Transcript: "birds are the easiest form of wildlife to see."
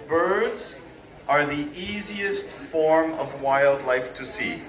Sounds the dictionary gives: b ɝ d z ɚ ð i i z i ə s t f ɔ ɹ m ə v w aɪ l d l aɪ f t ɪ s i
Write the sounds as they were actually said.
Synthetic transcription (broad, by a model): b ɝ d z ɚ ð i i z i ə s t f ɔ ɹ m ə v w aɪ l d l aɪ f t ɪ s i